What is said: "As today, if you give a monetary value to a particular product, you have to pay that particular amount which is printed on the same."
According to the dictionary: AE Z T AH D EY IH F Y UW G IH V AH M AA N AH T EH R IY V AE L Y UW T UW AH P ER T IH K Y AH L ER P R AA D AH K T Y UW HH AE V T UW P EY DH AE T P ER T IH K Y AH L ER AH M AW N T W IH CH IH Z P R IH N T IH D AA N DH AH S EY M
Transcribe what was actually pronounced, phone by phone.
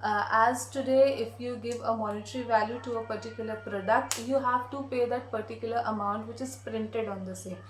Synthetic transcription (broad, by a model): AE Z T AH D EY IH F Y UW G IH V AH M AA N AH T R IY V AE L Y UW T UW AH P ER T IH K Y AH L ER P R AA D AH K T Y UW HH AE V T UW P EY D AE T P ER T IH K Y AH L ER AH M AW N T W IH CH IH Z P R IH N T IH D AA N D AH S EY